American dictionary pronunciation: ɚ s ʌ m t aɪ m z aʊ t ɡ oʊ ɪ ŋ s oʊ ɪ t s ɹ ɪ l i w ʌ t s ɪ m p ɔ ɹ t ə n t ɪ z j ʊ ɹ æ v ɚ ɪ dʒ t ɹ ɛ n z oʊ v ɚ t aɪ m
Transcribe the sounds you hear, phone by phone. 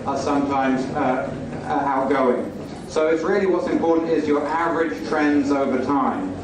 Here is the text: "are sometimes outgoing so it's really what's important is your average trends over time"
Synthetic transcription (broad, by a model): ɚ s ʌ m t aɪ m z aʊ t ɡ oʊ ɪ ŋ s oʊ ɪ t s ɹ ɪ l i w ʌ t s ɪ m p ɔ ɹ t n t ɪ z j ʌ ɹ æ v ɚ ɪ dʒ t ɹ ɛ n z oʊ v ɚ t aɪ m